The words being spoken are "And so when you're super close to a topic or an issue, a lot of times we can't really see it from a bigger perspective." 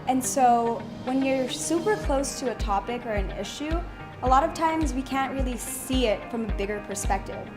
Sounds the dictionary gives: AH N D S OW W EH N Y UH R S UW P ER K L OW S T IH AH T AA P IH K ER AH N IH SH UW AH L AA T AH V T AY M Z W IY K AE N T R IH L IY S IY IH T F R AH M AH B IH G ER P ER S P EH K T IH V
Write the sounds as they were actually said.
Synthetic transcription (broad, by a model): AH N S OW W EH N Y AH R S UW P ER K L OW S T IH AH T AA P IH K ER AH N IH SH UW AH L AA T AH V T AY M Z W IY K AE N T R IH L IY S IY IH T F R AH M AH B IH G ER P ER S P EH K T IH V